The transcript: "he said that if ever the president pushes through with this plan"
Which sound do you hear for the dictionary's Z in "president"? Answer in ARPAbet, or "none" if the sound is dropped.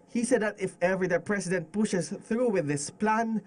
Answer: S